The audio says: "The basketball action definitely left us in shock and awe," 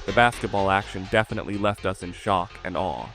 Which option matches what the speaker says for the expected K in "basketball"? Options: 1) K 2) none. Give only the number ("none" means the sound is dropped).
1